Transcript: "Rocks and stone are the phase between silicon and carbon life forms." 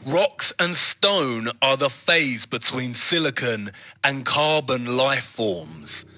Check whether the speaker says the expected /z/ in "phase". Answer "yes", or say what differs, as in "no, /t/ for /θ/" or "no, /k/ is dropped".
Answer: yes